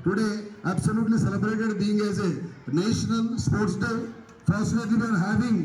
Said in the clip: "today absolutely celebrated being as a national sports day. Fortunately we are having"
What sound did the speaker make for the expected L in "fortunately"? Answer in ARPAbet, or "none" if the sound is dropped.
none